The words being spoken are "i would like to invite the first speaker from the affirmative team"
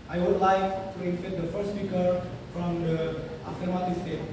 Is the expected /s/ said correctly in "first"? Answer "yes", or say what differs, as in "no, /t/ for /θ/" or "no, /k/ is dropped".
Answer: no, /s/ is dropped